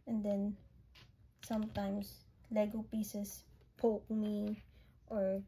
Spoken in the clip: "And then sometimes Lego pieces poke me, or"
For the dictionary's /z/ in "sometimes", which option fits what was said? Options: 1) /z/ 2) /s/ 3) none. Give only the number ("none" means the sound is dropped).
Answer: 2